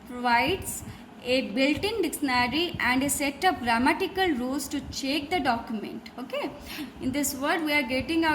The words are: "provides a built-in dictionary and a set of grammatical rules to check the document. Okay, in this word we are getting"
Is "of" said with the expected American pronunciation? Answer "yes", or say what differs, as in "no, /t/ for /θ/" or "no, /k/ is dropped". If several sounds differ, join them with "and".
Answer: no, /p/ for /v/